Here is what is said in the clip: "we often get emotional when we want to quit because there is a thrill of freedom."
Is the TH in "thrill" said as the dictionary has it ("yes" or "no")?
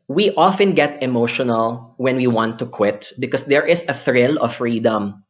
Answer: yes